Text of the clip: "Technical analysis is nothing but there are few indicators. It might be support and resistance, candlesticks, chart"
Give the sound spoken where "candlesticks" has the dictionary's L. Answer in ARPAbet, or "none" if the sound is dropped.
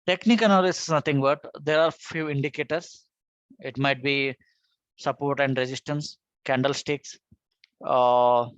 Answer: L